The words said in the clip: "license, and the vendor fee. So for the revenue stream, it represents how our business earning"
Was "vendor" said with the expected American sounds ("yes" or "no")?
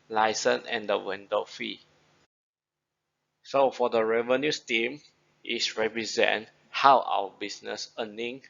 no